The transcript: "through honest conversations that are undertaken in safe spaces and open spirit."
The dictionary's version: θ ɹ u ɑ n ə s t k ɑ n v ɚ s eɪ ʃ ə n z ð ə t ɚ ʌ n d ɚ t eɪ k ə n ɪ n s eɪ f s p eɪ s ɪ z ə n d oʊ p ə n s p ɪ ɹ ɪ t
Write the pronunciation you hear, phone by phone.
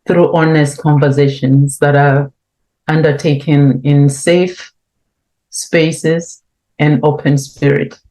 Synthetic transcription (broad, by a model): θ ɹ u ɑ n ə s t k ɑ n v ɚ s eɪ ʃ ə n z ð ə t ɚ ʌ n d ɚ t eɪ k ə n ɪ n s eɪ f s p eɪ s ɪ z ə n d oʊ p ə n s p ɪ ɹ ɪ t